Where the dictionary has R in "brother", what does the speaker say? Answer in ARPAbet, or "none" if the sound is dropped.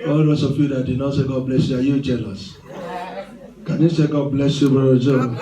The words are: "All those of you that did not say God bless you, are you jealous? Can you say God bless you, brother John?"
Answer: none